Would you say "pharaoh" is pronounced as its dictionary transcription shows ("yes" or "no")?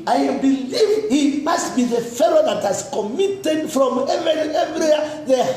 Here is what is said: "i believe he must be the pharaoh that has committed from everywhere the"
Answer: no